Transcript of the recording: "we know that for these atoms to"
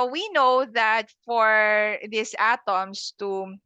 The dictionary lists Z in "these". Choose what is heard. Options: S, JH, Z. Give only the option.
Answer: S